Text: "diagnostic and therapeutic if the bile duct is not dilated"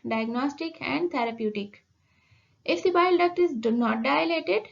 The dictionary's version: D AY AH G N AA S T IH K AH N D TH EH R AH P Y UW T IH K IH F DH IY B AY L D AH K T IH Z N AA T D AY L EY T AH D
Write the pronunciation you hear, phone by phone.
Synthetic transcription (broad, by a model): D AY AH G N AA S T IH K AH N D T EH R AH P Y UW T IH K IH F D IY B AY L D AH K T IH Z N AA T D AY L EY T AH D